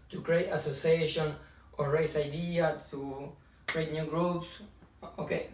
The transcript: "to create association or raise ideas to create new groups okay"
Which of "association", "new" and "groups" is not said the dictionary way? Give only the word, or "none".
none